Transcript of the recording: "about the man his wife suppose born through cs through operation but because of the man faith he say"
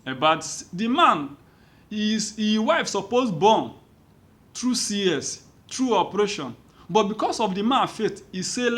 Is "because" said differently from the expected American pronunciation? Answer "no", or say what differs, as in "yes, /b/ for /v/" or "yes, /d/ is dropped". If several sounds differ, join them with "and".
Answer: yes, /s/ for /z/